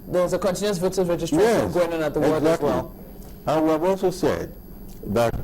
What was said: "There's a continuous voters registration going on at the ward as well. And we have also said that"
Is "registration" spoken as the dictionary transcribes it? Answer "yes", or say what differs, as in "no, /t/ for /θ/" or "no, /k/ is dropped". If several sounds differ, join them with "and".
no, /ʃ/ is dropped